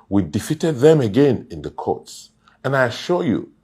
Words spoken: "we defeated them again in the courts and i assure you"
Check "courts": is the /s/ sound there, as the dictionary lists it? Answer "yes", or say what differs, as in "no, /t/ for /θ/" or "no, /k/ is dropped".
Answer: yes